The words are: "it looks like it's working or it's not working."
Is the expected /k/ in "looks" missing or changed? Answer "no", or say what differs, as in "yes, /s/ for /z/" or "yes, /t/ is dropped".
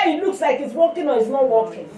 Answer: no